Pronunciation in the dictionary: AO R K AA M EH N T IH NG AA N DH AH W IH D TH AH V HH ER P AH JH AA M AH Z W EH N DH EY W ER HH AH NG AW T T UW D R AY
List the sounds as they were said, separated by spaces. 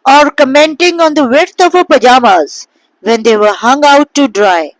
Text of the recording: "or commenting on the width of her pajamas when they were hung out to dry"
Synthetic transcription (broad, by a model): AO R K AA M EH N T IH NG AA N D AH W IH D T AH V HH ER P AH JH AA M AH Z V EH N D EY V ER HH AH NG AW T T UW D R AY